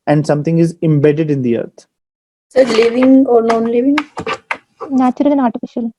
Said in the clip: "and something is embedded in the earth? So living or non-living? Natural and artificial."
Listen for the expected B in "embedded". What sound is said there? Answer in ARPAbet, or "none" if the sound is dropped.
B